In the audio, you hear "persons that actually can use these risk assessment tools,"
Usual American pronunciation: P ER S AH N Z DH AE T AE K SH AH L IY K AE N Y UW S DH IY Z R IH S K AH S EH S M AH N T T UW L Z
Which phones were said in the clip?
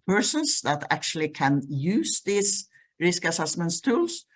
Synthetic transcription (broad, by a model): P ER S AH N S DH AE T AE K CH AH L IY K AE N Y UW S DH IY S R IH S K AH S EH S M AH N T T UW L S